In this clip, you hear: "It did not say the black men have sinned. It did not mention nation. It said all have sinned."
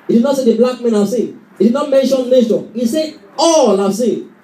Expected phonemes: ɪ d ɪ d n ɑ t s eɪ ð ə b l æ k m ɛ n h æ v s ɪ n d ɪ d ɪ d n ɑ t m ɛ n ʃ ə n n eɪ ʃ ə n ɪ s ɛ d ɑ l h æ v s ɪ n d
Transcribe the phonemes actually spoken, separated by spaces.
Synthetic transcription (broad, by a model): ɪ d ɪ d n ɑ t s eɪ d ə b l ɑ k m ɛ n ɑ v s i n ɪ d ɪ d n ɑ t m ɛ ʃ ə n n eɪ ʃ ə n ɪ s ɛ ɑ l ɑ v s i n